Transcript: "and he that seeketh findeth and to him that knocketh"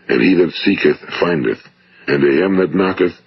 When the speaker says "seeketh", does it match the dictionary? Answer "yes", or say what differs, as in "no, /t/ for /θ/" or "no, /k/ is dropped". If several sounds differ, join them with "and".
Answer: yes